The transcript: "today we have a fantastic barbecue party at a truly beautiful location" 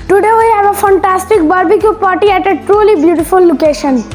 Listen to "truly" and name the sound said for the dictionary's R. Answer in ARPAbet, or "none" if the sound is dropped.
R